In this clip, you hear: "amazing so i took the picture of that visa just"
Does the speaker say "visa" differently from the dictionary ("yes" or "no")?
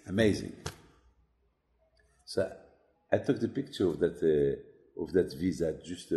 no